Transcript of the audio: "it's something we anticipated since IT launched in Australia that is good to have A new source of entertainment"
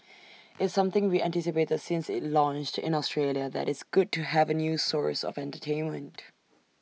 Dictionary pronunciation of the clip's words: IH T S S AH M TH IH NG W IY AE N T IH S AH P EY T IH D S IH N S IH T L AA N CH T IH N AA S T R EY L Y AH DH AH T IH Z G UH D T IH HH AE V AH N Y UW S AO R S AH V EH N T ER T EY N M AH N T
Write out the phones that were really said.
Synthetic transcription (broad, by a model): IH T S S AH M TH IH NG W IY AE N T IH S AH P EY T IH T S IH N S IH T L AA N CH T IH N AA S T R EY L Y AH DH AH T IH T G UH D T IH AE V AH N Y UW S AO R S AH V EH N T ER T EY N M AH N T